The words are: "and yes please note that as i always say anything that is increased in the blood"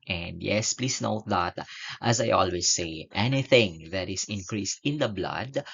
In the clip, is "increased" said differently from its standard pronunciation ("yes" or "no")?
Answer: no